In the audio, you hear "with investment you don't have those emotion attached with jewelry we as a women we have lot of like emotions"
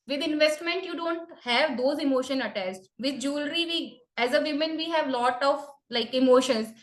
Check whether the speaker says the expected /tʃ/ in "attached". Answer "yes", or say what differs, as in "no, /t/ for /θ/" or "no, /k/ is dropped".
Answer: no, /s/ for /tʃ/